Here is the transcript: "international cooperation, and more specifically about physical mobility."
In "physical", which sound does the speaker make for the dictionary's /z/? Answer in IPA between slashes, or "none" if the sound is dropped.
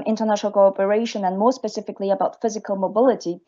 /z/